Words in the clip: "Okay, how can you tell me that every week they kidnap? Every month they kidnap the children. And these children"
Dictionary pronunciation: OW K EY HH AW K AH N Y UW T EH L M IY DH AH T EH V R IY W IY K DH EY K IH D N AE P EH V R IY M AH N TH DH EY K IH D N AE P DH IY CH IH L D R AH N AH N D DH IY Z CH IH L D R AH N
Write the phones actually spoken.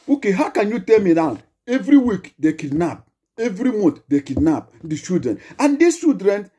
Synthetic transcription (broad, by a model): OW K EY HH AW K AH N Y UW T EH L M IY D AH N EH V R IY W IY K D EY K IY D N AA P EH V R IY M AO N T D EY K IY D N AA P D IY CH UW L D R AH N AH N D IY CH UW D R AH N